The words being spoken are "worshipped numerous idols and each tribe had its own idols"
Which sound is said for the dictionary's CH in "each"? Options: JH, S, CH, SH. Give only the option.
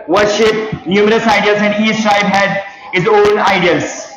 S